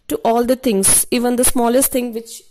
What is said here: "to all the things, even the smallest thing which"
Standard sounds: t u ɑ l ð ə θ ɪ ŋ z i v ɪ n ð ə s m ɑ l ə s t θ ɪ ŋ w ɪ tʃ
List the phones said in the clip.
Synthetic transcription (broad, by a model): t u ɑ l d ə t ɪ ŋ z i v ɪ n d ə s m ɑ l ə s t t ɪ ŋ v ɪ tʃ